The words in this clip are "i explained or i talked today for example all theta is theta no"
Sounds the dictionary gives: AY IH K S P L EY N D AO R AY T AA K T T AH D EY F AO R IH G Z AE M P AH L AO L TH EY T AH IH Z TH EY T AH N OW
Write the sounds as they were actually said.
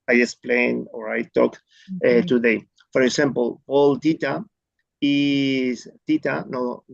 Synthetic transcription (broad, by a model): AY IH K S P L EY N AO R AY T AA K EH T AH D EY F AO R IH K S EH M P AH L AO L T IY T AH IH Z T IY T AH N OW